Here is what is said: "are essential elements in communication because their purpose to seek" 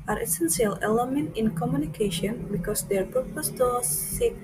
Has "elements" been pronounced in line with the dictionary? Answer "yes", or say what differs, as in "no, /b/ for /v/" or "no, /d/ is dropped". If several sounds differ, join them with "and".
no, /s/ is dropped